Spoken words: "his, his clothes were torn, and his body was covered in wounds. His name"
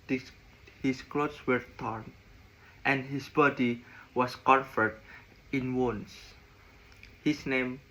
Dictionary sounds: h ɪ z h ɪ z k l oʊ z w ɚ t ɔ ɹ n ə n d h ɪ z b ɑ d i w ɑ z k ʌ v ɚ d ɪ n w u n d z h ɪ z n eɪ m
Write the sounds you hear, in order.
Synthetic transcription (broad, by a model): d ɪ h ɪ s k l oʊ s w ɚ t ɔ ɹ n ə n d h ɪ s b ɑ d i w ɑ s k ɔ f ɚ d ɪ n w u n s h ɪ s n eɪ m